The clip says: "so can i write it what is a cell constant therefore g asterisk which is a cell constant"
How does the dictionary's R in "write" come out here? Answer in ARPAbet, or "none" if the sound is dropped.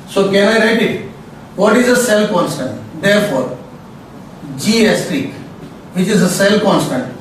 R